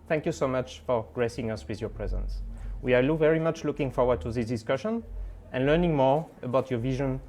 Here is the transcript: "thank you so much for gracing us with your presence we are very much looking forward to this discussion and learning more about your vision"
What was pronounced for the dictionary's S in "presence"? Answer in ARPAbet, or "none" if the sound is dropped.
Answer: S